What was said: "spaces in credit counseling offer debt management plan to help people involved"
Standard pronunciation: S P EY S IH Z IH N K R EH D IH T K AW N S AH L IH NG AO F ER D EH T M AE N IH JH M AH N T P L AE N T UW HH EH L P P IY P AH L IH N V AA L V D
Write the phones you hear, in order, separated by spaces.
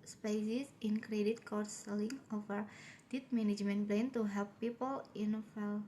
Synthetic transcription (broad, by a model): S P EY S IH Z IH N K R EH D IH T K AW S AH L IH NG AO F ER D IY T M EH N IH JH M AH N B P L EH N T UW HH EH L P P IY P AH L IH N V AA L